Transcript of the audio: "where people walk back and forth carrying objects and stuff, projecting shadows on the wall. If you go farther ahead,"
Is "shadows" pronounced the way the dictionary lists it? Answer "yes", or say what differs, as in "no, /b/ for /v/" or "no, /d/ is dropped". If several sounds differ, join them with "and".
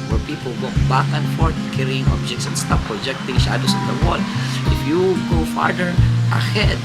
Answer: no, /s/ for /z/